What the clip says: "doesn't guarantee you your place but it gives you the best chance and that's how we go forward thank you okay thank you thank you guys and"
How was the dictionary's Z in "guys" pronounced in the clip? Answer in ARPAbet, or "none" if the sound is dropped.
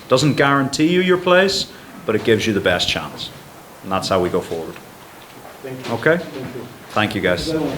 none